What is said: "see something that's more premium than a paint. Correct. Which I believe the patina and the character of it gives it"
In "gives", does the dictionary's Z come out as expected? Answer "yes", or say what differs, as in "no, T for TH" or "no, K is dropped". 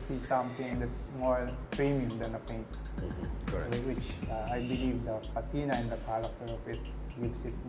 no, S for Z